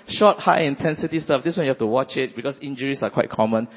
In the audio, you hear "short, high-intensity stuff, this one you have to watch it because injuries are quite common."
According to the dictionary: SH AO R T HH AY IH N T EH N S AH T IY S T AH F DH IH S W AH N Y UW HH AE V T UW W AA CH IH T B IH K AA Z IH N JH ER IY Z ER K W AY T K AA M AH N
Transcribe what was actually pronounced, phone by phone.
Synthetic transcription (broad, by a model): SH AO T HH AY IH N T EH N S AH T IY S T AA F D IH S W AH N Y UW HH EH F T UW W AA CH IH T B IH K AA S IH N JH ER IY S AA K W AY T K AA M AH N